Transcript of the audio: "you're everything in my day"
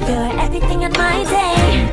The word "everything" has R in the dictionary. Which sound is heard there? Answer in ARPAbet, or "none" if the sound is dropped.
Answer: none